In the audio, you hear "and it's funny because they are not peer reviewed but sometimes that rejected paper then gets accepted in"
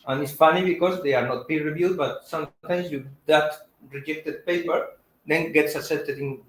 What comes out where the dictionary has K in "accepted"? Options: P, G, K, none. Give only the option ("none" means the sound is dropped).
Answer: none